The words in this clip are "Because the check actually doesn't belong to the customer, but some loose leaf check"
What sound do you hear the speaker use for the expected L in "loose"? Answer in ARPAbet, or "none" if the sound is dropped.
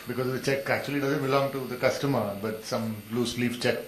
L